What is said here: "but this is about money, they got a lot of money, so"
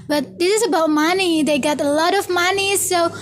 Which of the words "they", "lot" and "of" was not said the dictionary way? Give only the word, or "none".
none